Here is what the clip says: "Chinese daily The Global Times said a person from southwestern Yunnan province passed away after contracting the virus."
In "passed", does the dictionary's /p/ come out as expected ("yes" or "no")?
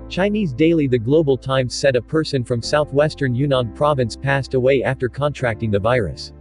yes